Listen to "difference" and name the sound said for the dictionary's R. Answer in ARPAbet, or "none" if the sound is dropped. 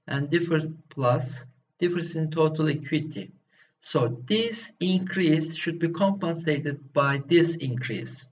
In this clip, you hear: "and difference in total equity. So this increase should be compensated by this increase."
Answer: none